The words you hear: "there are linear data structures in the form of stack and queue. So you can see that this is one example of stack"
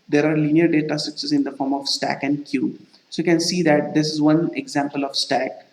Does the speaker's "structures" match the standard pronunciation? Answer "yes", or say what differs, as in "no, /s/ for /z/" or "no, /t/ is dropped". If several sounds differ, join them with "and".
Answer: no, /s/ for /tʃ/